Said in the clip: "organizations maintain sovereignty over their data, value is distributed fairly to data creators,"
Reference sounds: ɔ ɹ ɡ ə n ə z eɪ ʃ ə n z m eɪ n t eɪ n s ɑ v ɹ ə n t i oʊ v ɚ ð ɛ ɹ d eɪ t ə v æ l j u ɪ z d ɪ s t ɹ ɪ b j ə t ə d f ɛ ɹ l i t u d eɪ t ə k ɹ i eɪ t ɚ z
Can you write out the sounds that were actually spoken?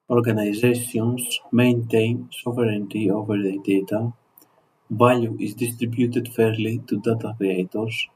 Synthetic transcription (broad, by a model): ɔ ɹ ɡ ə n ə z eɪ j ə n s m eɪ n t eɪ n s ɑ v ɹ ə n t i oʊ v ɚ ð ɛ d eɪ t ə b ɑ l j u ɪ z d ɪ s t ɹ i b j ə t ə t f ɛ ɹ l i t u d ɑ t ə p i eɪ t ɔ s